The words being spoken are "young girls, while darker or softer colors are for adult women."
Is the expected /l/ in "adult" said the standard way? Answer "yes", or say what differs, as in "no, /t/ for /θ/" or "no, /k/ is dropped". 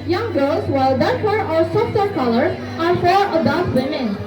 no, /l/ is dropped